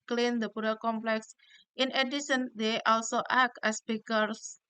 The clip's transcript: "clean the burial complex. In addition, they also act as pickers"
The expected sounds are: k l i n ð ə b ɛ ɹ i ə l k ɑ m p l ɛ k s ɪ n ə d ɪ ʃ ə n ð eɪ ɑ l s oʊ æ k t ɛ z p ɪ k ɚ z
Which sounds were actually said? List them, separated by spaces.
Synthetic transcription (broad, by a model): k l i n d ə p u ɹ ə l k ɑ m p l ɛ k s ɪ n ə d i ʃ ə n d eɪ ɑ l s oʊ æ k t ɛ s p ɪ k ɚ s